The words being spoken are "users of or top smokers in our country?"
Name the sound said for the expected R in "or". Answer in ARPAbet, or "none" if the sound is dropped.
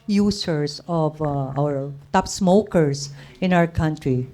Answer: W